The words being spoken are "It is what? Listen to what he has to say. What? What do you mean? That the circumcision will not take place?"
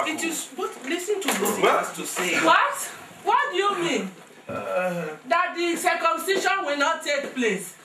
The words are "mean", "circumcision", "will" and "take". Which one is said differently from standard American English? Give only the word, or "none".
circumcision